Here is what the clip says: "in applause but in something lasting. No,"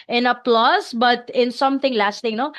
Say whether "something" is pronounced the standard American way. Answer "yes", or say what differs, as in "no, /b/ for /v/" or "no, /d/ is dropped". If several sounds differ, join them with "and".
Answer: no, /t/ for /θ/